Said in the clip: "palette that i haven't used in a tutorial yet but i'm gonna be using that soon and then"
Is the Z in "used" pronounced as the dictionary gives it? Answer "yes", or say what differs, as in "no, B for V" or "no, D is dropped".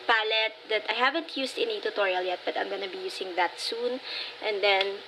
no, S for Z